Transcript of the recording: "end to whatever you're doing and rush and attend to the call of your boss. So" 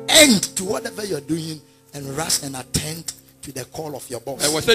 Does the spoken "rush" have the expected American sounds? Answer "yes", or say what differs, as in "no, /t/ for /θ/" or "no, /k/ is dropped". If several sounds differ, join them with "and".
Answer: no, /s/ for /ʃ/